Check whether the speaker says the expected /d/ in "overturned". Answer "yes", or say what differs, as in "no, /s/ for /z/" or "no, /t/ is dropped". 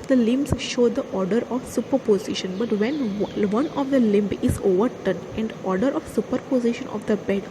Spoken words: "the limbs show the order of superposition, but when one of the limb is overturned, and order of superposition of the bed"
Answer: no, /d/ is dropped